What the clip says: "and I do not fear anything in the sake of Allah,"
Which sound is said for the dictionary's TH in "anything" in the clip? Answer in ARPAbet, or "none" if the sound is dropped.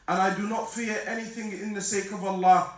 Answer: TH